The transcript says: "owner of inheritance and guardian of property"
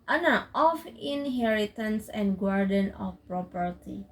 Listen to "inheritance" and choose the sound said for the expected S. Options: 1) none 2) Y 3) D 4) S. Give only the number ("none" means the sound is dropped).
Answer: 4